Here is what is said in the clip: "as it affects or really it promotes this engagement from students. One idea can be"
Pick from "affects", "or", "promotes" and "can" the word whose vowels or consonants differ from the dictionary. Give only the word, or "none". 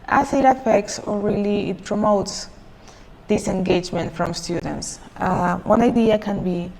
or